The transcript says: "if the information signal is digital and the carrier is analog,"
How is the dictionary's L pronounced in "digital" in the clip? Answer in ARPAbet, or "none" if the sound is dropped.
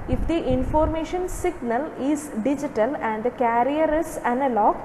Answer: L